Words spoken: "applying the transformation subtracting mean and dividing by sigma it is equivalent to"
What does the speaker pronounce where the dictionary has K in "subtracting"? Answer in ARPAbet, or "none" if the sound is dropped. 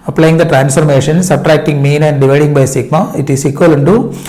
K